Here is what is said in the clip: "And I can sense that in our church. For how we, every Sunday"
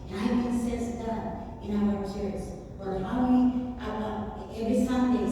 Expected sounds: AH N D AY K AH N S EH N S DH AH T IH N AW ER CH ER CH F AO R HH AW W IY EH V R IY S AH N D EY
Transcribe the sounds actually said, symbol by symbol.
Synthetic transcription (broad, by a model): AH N AY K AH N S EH S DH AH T IH N AW ER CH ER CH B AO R HH AW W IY EH V R IY S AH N D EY